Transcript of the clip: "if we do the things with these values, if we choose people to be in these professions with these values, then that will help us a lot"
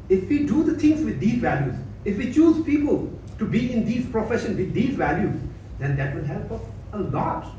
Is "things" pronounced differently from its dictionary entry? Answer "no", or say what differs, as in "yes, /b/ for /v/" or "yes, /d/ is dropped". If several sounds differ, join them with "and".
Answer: yes, /t/ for /θ/